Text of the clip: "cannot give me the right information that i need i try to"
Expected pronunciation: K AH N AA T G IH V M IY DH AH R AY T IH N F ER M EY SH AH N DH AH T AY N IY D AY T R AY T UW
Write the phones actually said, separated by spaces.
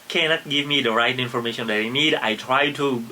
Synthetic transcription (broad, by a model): K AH N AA T G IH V M IY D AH R AY T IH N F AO M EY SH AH N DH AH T AY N IY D AY T R AY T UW